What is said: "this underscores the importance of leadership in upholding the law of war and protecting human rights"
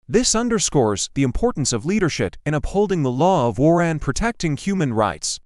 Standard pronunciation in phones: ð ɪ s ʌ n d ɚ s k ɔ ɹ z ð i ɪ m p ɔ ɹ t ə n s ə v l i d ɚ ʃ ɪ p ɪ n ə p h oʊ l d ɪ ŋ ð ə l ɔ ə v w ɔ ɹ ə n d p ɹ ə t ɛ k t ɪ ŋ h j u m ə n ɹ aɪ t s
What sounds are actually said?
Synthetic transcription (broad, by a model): ð ɪ s ʌ n d ɚ s k ɔ ɹ z ð i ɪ m p ɔ ɹ t n s ə v l i d ɚ ʃ ɪ p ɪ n ə p h oʊ l d ɪ ŋ ð ə l ɔ ə v w ɔ ɹ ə n p ɹ ə t ɛ k t ɪ ŋ h j u m ə n ɹ aɪ t s